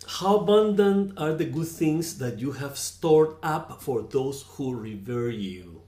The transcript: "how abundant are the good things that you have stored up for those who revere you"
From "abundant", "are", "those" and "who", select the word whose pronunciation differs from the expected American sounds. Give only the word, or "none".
those